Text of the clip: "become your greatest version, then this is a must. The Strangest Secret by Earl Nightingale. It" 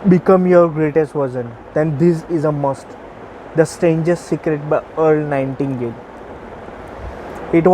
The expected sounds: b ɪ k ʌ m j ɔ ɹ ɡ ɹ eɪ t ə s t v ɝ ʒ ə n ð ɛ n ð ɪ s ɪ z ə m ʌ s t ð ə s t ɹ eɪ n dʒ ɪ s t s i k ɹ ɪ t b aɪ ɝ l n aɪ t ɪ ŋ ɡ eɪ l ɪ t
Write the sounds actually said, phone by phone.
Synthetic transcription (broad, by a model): b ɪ k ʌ m j ɔ ɹ ɡ ɹ eɪ t ə s t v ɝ z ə n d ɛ n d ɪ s ɪ z ə m ʌ s t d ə s t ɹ eɪ n dʒ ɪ s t s i k ɹ ɪ t b aɪ ɝ l n aɪ t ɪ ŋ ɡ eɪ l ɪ t